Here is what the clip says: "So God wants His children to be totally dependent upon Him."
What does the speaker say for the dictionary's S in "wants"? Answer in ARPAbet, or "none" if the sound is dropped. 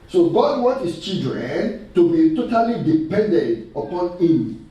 none